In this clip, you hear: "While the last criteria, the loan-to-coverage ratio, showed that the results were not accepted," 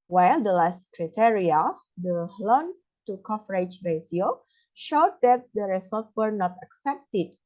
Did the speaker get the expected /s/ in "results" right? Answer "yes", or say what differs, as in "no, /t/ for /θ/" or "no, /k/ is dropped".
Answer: no, /s/ is dropped